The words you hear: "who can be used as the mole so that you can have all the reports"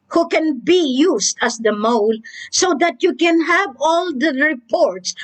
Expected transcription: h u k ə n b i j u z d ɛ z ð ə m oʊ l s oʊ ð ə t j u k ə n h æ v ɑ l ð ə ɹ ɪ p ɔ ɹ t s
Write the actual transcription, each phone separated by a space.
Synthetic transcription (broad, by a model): h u k ə n b i j u s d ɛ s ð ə m oʊ l s oʊ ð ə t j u k ə n h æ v ɑ l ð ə ɹ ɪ p ɔ ɹ t s